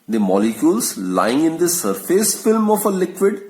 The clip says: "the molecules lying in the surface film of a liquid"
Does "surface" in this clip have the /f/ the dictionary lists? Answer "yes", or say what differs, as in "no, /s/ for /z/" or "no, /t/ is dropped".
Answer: yes